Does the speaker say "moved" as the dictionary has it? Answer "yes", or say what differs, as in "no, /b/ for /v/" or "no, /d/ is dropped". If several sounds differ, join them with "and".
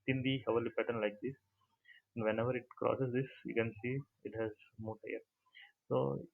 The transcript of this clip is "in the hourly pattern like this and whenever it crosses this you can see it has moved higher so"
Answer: no, /v/ is dropped